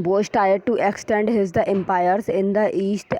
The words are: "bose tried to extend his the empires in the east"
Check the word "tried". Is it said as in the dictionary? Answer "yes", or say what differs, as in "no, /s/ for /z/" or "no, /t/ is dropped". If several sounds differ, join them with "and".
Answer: no, /ɹ/ is dropped